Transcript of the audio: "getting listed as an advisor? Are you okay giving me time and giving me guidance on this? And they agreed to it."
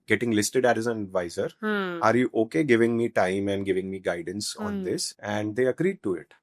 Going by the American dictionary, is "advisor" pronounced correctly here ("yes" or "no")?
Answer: yes